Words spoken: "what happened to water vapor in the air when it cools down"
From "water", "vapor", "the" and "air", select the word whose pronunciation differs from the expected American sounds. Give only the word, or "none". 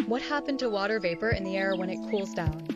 none